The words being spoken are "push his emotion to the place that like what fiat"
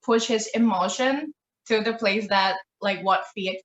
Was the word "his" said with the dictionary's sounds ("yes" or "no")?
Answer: yes